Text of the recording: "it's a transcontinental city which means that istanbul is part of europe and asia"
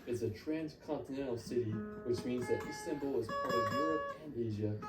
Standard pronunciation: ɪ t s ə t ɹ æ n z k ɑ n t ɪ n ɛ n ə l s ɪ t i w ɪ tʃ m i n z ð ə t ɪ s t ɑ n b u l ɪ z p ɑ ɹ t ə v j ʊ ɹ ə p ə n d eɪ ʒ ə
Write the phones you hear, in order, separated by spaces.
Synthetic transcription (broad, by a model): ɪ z ə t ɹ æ n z k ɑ n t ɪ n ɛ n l s ɪ t i w ɪ tʃ m i n z ð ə t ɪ s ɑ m b l ɪ z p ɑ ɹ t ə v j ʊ ɹ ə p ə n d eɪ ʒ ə